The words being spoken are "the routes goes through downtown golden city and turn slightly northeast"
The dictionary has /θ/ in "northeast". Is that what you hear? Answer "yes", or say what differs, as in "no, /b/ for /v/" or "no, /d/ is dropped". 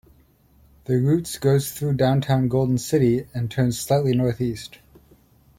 yes